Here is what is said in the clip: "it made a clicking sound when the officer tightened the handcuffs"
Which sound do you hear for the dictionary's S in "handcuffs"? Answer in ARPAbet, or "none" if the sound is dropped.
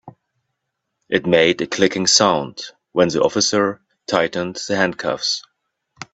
S